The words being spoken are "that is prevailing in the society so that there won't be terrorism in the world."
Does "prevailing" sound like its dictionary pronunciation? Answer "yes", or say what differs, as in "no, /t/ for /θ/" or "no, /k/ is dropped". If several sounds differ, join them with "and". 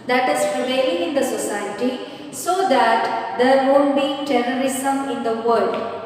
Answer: no, /l/ is dropped